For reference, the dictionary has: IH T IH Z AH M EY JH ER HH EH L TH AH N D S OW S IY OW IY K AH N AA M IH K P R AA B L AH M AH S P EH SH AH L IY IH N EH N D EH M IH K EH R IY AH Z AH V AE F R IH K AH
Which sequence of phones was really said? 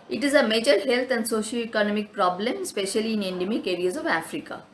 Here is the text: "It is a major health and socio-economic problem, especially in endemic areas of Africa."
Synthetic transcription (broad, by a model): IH T IH Z AH M EY JH ER HH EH L T AH N D S OW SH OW IY K AH N AA M IH K P R AA B L AH M S P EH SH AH L IY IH N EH N D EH M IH K EH R IY AH Z AH V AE F R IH K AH